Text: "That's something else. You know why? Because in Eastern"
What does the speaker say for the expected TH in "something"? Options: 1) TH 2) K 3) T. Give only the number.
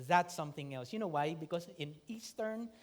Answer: 1